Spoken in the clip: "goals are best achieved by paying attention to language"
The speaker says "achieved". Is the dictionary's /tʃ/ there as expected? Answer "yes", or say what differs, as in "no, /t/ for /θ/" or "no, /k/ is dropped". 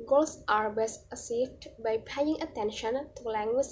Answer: no, /s/ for /tʃ/